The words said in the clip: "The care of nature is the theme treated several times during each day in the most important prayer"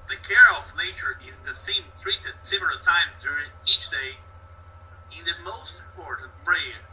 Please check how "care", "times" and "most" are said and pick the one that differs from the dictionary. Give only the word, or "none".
none